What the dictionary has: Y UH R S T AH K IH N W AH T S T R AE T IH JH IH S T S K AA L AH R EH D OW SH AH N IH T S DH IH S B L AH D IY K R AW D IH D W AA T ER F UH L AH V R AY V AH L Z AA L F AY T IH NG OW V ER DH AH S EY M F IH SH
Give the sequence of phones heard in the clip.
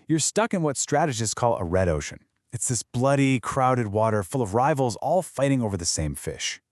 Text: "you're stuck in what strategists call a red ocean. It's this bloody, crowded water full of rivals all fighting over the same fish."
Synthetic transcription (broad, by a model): Y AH R S T AH K IH N W AH T S T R AE T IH JH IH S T K AA L AH R EH D OW SH AH N IH T S DH IH S B L AH D IY K R AW D IH D W AA T ER F UH L AH V R AY V L Z AA L F AY T IH NG OW V ER DH AH S EY M F IH SH